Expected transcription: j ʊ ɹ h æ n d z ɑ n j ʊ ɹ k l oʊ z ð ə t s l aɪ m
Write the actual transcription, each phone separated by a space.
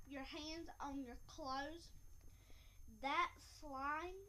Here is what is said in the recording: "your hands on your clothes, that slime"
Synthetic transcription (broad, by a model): j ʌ ɹ h æ n d z n j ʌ ɹ k l oʊ z ð ə t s l aɪ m